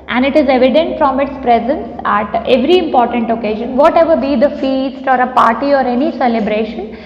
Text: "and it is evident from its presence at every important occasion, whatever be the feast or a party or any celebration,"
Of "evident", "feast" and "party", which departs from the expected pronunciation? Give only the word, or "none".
none